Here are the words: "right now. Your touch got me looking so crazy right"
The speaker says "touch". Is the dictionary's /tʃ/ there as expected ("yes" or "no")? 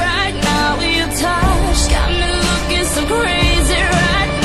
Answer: no